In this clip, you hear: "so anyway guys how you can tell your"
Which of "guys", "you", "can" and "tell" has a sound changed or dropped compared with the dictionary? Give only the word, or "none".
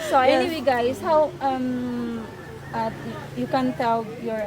guys